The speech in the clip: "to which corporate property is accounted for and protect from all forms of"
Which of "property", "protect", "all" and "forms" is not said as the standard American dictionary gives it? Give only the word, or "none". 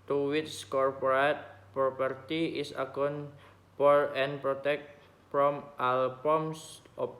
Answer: forms